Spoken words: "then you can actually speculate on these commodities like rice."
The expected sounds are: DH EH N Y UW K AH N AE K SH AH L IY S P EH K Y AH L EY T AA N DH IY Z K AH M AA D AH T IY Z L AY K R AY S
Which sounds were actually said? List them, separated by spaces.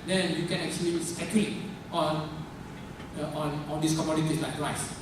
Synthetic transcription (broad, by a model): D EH N Y UW K AH N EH K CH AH L IY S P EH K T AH N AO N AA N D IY S K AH M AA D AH T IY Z L AY K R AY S